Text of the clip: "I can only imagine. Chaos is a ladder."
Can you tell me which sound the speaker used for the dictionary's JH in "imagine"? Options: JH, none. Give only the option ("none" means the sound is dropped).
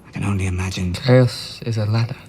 JH